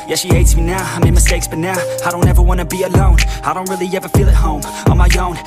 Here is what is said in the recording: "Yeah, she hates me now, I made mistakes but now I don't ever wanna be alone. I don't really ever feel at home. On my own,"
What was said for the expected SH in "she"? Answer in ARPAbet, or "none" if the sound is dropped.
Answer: SH